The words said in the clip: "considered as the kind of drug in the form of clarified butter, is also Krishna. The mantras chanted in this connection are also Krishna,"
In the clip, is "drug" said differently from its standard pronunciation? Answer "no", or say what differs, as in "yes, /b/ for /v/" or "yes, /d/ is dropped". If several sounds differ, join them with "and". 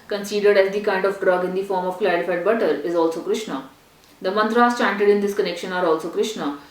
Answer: no